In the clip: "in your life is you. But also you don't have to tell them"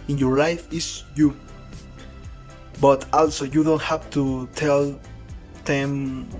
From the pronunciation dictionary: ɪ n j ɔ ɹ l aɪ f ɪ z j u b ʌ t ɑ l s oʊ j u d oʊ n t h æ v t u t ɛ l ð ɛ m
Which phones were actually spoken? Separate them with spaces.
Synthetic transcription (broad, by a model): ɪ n j ɔ ɹ l aɪ f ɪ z j u b ʌ t ɑ l s oʊ j u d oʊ n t h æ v t u t ɛ l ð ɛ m